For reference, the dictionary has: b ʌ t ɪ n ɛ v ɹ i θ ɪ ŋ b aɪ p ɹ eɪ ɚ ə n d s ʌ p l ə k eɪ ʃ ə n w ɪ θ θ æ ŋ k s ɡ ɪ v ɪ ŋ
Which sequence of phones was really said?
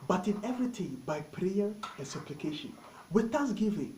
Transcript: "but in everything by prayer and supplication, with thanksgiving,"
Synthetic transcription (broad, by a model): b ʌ t ɪ n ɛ v ɹ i t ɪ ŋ b aɪ p ɹ eɪ ɚ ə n s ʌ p l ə k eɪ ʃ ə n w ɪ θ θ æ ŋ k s ɡ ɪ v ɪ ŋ